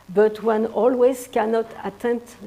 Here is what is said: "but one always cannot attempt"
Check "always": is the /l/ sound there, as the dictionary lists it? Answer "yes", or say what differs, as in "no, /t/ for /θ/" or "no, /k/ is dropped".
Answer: yes